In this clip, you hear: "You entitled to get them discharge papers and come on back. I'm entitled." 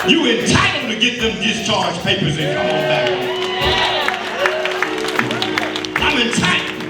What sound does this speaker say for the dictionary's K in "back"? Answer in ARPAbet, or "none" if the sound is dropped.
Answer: none